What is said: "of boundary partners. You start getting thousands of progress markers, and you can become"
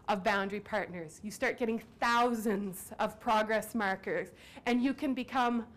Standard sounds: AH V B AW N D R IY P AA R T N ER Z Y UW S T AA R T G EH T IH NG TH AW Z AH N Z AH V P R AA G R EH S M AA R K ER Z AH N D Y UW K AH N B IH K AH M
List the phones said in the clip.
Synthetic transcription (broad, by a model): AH V B AW N D R IY P AA R T N ER Z Y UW S T AA R T G EH T IH NG TH AW Z AH N Z AH V P R AA G R EH S M AA R K ER Z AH N Y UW K AH N B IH K AH M